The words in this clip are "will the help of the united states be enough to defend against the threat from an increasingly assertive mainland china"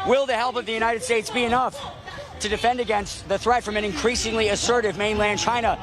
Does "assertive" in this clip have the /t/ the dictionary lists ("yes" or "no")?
yes